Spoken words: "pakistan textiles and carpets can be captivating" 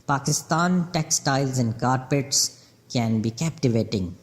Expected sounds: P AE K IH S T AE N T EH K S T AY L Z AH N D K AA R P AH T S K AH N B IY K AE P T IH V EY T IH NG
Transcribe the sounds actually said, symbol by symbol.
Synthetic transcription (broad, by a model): P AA K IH S T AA N T EH K S T AY L Z AH N D K AA R P AH T S K AH N B IY K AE P T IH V EY T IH NG